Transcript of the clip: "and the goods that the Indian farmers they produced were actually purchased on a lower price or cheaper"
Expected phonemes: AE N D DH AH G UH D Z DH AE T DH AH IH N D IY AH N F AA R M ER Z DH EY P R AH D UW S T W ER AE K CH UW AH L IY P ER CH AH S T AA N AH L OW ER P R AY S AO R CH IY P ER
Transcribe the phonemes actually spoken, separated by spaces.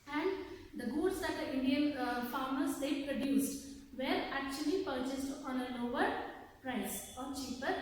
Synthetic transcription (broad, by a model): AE N D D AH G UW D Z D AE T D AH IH N D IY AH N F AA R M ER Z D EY P R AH D UW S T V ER AE K CH UW AH L IY P ER CH AH S T AA N AH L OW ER P R AY S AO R CH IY P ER